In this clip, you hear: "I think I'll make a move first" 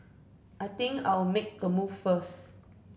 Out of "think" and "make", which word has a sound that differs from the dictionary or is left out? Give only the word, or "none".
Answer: think